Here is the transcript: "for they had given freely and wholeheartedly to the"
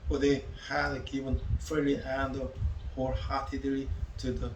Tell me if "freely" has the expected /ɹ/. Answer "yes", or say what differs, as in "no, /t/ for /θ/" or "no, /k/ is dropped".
no, /ɹ/ is dropped